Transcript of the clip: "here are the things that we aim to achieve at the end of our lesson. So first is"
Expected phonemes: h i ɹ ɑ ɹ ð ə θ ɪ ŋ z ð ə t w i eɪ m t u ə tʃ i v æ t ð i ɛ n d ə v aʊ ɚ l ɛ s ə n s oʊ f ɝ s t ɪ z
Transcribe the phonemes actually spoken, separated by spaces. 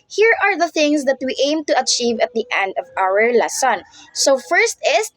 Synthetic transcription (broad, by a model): h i ɹ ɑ ɹ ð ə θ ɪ ŋ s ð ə t w i eɪ m t u ə tʃ i v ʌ t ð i ɛ n d ə v aʊ ɚ l ɛ s ə n s oʊ f ɝ s t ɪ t